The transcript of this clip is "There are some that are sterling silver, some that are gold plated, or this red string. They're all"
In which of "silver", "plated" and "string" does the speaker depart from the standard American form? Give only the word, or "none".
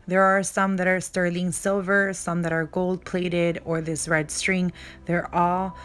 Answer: none